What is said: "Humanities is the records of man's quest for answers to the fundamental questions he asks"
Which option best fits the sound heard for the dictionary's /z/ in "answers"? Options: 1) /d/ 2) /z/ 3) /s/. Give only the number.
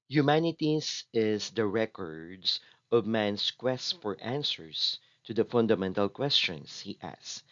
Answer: 3